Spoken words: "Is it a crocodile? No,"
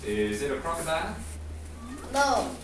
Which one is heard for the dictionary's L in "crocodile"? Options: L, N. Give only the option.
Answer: N